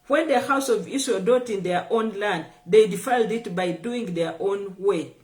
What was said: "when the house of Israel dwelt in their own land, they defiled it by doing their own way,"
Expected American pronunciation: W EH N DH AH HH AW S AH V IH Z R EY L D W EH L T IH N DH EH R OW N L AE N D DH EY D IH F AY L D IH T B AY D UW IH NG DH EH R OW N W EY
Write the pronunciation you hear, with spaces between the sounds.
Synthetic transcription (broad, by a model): W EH N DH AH HH AW S AH V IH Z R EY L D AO T IH N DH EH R OW N L AE N D DH EY D IH F AY L D IH T B AY D UW IH NG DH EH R OW N W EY